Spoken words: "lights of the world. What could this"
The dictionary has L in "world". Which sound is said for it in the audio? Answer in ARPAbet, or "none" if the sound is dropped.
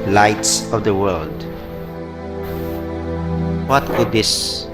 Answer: L